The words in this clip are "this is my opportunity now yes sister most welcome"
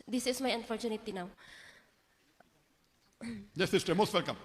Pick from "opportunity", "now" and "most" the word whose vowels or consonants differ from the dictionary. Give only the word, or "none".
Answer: opportunity